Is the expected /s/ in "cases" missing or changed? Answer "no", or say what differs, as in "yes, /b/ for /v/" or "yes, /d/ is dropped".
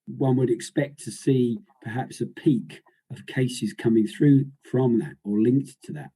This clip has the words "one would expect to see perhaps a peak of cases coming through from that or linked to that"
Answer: no